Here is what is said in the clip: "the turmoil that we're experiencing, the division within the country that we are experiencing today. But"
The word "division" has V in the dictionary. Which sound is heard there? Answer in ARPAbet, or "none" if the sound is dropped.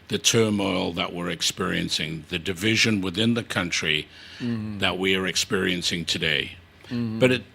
V